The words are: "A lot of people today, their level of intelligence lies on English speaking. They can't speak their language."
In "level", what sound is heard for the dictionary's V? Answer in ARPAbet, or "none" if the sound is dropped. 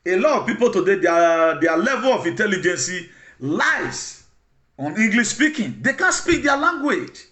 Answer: V